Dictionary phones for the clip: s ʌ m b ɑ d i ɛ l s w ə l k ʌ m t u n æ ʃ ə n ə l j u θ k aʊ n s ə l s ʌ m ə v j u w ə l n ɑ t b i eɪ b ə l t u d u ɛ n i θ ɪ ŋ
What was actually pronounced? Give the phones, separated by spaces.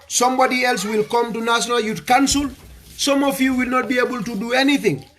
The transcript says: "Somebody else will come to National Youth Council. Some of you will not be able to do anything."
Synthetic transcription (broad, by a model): s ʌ m b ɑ d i ɛ l s w ə l k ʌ m t u n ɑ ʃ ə n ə l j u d k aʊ n s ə l s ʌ m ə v j u w ə l n ɑ t b i eɪ b ə l t u d u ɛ n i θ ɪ ŋ